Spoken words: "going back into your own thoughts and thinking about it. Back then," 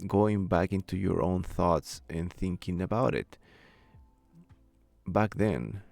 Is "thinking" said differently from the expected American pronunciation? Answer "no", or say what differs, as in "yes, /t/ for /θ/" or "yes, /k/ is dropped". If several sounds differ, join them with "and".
no